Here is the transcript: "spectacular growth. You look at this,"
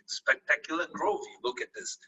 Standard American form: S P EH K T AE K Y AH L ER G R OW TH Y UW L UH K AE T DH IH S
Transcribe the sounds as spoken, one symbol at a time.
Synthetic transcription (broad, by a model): S P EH K T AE K Y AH L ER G R OW F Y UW L UH K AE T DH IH S